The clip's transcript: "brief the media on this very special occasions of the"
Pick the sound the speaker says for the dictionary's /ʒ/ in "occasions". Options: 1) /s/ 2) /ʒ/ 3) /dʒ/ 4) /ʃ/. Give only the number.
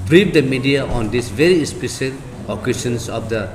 1